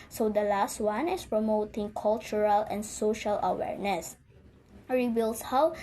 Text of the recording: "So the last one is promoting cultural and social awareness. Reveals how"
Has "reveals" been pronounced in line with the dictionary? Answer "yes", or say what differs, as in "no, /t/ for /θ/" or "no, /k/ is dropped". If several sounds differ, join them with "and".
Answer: no, /b/ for /v/ and /s/ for /z/